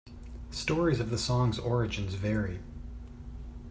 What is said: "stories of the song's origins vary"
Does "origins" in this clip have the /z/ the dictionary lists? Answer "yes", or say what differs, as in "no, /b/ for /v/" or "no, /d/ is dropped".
yes